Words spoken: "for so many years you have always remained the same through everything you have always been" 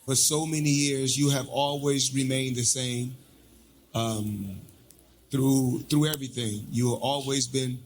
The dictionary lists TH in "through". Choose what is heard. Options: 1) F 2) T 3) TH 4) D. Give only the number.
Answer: 3